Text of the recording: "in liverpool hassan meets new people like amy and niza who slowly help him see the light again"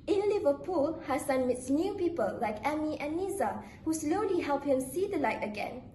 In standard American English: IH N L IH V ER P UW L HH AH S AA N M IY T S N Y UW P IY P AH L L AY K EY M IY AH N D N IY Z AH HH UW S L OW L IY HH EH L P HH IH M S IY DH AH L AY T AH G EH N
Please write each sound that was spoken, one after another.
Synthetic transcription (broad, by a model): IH N L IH V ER P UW L HH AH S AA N M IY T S N Y UW P IY P AH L L AY K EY M IY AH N N IY Z AH HH UW S L OW L IY HH EH L P HH IH M S IY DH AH L AY T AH G EH N